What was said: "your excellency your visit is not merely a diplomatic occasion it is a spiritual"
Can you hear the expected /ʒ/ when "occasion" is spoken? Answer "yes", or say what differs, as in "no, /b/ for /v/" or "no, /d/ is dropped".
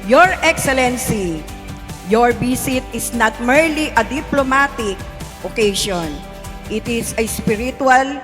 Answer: no, /ʃ/ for /ʒ/